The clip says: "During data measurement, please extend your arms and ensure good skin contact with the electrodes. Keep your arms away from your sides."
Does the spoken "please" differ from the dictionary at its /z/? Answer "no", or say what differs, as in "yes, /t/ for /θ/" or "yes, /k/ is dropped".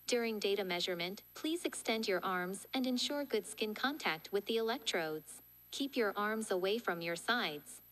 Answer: no